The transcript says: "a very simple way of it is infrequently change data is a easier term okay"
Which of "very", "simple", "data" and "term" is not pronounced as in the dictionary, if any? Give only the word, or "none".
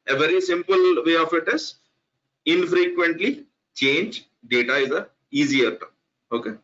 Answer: term